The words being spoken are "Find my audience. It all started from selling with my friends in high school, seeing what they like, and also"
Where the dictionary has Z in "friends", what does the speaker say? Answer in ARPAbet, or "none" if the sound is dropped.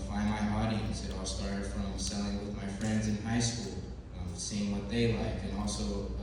Z